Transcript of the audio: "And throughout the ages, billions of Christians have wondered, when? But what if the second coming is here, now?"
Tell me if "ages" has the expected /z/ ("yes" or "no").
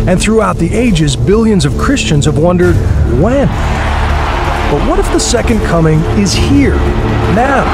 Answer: yes